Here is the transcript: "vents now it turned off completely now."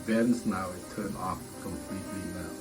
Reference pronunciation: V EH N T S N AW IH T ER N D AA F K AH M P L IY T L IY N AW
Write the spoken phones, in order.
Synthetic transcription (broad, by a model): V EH N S N AW IH T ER N AA F K AH M P L IY T L IY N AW